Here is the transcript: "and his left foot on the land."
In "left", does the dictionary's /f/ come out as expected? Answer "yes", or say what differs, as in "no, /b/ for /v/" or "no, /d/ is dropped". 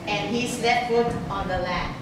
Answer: no, /f/ is dropped